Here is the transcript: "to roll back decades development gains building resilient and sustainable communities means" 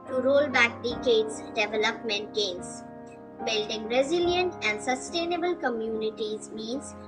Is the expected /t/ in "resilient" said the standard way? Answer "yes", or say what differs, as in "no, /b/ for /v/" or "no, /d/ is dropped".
yes